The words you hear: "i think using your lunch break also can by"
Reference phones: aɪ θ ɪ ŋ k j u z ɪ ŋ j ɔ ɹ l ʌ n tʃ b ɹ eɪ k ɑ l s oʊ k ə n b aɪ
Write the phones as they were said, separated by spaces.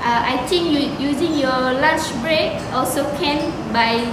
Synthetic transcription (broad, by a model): aɪ t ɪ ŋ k j u z ɪ ŋ j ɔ l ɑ tʃ b ɹ eɪ k ɑ l s oʊ k ə n b aɪ